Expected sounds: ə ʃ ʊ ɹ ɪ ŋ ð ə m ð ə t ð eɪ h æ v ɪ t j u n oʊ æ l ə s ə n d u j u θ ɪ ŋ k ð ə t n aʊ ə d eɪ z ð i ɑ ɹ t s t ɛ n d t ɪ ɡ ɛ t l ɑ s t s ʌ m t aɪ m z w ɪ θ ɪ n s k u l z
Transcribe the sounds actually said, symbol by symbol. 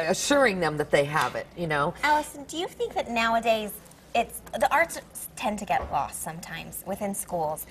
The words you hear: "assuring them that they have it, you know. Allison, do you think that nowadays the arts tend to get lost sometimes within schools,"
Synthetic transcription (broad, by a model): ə ʃ ʊ ɹ ɪ ŋ ð ə m ð ə t ð eɪ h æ v ɪ t j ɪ n oʊ æ l ə s ə n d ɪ j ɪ θ ɪ ŋ k ð ə t n aʊ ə d eɪ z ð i ɑ ɹ t s t ɛ n t ɪ ɡ ɛ t l ɑ s t s ʌ m t aɪ m z w ɪ θ ɪ n s k u l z